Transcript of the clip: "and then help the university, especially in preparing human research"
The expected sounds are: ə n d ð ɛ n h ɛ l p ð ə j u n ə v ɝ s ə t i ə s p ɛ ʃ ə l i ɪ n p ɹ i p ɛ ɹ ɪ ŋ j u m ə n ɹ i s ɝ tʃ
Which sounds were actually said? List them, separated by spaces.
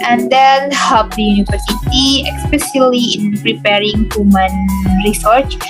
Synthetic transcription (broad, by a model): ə n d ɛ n h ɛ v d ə j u n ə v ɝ s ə t i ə s p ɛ s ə l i ɪ n p ɹ i p ɛ ɹ ɪ ŋ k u m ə n ɹ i s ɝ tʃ